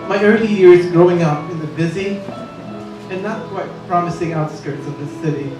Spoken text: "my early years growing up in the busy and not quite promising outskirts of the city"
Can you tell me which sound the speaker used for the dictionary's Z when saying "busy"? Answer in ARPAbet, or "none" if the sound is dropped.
Z